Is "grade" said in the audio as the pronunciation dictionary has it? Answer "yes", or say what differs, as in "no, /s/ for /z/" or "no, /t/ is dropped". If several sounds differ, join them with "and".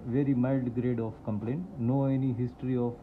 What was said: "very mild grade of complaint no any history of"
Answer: yes